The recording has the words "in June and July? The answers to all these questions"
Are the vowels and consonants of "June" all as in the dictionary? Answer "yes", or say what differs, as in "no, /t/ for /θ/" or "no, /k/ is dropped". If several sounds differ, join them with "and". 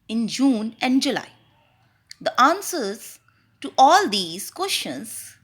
yes